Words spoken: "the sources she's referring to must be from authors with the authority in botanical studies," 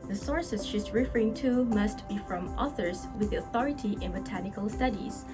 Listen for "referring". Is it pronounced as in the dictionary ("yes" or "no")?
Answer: yes